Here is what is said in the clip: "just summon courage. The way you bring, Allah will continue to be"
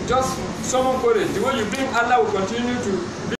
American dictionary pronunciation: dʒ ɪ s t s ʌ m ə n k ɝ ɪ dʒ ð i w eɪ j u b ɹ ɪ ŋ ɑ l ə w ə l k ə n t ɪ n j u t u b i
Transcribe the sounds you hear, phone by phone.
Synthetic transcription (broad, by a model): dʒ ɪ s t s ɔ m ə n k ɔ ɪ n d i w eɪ j u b ɪ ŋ ɑ l ə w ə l k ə n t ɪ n j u t u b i